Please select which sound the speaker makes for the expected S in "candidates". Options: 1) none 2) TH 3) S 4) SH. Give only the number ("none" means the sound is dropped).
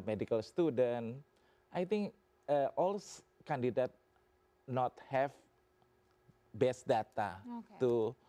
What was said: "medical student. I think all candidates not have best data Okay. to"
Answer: 1